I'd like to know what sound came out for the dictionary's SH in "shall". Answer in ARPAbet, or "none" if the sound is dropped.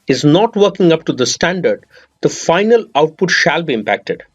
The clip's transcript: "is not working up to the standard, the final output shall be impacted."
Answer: SH